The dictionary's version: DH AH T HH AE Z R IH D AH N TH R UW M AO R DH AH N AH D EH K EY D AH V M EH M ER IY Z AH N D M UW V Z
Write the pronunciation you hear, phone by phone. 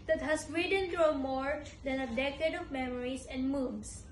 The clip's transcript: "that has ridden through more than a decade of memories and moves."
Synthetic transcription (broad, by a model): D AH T HH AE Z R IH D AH N T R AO M AO R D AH N AH D EH K EY D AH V M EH M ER IY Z AH N D M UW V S